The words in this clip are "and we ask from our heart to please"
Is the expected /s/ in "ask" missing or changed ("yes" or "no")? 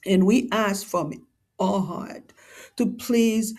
no